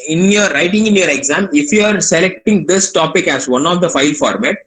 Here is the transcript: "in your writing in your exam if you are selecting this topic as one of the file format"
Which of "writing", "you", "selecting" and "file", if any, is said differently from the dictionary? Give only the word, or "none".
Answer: none